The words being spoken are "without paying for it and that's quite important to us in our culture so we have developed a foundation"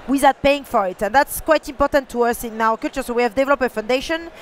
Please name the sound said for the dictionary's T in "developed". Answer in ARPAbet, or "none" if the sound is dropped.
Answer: none